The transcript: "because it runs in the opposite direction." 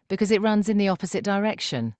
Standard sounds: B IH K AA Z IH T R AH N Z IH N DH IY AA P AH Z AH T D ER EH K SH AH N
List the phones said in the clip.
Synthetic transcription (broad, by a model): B IH K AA Z IH T R AH N Z IH N DH IY AA P AH Z AH T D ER EH K SH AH N